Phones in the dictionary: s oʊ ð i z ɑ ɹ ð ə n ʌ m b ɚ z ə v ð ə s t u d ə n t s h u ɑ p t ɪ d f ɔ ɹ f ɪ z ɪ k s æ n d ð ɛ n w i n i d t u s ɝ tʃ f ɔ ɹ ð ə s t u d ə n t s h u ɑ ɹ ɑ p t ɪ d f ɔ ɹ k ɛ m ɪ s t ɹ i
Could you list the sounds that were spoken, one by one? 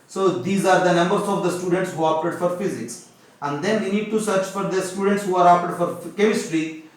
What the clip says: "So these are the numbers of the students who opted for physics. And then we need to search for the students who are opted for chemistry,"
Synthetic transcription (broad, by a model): s oʊ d i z ɑ ɹ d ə n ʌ m b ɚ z ə v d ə s t u d ə n t s h u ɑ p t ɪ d f ɔ ɹ f ɪ z ɪ k s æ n d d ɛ n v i n i d t u s ɝ tʃ f ɔ ɹ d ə s t u d ə n t s h u ɑ ɹ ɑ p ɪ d f ɔ ɹ k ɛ m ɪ s t ɹ i